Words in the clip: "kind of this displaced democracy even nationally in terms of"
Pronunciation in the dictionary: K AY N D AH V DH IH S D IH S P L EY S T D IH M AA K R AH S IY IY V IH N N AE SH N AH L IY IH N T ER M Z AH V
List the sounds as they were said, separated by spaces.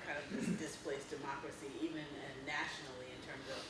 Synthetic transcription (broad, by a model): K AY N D AH V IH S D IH S P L EY S D IH M AA K R AH S IY IY V IH N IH AE SH N L IY IH N T ER M Z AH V